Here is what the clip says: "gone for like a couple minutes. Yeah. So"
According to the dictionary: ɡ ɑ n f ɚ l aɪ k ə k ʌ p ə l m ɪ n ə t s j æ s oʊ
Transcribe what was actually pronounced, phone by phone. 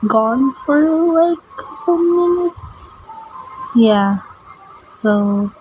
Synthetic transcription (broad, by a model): ɡ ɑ n f ɚ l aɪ ə k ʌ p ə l m ɪ n ə t s j æ s oʊ